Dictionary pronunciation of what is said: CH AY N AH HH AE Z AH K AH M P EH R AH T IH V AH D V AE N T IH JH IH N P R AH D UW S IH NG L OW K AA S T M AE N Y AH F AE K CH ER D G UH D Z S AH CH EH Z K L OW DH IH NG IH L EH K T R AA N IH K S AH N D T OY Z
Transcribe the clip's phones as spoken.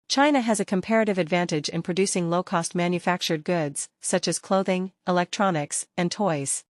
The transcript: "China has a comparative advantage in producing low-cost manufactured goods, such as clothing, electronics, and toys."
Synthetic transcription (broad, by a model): CH AY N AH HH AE Z AH K AH M P EH R AH T IH V AH D V AE N T IH JH IH N P R AH D UW S IH NG L OW K AA S T M AE N Y AH F AE K CH ER D G UH D Z S AH CH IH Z K L OW DH IH NG IH L EH K T R AA N IH K S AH N T OY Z